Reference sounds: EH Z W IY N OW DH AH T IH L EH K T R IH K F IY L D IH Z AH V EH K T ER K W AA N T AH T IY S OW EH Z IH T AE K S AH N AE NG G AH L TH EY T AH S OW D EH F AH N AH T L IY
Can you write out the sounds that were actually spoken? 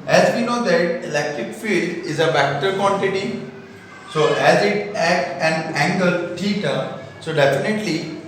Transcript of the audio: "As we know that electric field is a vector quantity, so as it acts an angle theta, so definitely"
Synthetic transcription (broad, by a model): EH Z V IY N OW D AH T IH L EH K T R IH K F IY L D IH Z AH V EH K T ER K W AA N T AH T IY S OW EH Z IH T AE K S AH N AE NG G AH L T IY T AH S OW D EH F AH N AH T L IY